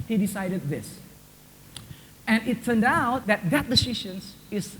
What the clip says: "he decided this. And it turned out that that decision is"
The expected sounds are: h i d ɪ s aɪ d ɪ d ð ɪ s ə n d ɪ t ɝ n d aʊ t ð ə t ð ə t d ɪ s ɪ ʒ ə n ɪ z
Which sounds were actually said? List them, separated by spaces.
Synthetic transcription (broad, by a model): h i d ɪ s aɪ d ɪ d ð ɪ s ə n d ɪ t ɝ n d aʊ t ð ə t ð ə t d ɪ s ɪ ʃ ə n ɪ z